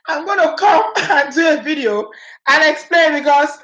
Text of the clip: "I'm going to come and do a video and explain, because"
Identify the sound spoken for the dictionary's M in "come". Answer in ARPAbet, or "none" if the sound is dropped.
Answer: M